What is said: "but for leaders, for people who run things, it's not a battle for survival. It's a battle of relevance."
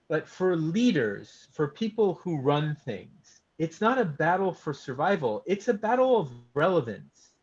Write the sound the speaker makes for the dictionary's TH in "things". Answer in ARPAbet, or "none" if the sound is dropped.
TH